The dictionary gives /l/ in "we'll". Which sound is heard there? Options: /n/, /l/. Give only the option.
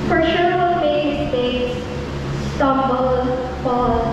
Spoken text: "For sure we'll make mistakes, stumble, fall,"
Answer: /n/